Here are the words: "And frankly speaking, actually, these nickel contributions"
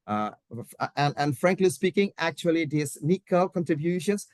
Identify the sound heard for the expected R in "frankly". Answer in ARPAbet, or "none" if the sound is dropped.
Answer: R